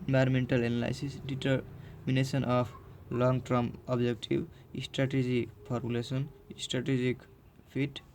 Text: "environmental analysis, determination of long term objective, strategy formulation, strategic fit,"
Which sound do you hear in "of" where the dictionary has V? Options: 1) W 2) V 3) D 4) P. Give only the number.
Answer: 4